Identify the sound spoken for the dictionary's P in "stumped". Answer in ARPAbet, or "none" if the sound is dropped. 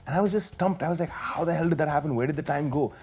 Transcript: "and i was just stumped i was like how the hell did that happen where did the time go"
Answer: P